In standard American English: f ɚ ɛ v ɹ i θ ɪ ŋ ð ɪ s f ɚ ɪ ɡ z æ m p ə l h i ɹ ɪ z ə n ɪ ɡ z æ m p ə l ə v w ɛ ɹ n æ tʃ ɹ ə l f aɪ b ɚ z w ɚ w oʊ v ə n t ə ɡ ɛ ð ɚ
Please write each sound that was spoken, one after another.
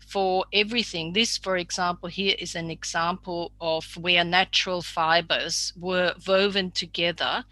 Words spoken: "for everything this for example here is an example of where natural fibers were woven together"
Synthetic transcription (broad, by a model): f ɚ ɛ v ɹ i θ ɪ ŋ ð ɪ s f ɚ ɪ ɡ z æ m p ə l h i ɹ ɪ z ə n ɪ ɡ z æ m p ə l ə v w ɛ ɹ n æ tʃ ɹ ə l f aɪ b ɚ z w ɚ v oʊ v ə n t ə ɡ ɛ ð ɚ